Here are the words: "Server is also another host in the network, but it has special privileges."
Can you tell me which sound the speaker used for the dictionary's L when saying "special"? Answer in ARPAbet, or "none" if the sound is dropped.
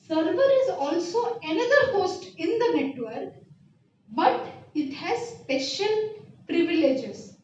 N